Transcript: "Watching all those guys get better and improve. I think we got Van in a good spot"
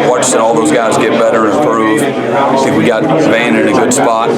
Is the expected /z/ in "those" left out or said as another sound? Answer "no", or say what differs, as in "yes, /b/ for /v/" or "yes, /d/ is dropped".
no